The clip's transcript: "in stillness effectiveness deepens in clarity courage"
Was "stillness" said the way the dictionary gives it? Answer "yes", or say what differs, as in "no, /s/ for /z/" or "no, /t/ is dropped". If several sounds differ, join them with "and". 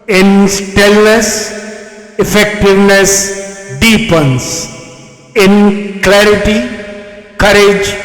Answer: yes